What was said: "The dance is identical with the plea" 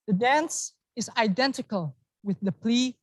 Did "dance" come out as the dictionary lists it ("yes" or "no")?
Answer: yes